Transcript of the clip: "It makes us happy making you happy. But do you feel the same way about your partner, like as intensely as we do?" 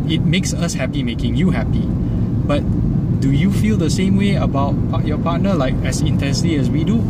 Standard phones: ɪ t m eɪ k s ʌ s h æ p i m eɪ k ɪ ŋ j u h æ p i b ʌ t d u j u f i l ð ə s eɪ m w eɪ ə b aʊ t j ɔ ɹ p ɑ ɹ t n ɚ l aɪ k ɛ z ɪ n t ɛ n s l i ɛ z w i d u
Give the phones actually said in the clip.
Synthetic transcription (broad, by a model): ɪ t m eɪ k s ʌ s h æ p i m eɪ k ɪ ŋ j u h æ p i b ʌ t d u j u f i l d ə s eɪ m w eɪ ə b aʊ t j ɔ p ɑ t n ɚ l aɪ k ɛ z ɪ n t ɛ n s l i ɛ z w i d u